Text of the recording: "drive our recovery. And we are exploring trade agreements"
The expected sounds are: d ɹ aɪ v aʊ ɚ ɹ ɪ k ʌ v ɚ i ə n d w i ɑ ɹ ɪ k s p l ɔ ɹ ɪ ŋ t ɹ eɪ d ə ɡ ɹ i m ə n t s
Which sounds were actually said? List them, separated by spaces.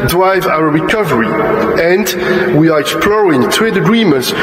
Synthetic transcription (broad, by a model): d ɹ aɪ v aʊ ɚ ɹ ɪ k ʌ v ɚ i ə n d w i ɑ ɹ ɪ k s p l ɔ ɹ ɪ ŋ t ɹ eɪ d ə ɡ ɹ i m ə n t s